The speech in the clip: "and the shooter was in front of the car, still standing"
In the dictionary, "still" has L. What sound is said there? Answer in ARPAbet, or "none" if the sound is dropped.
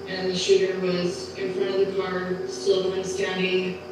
N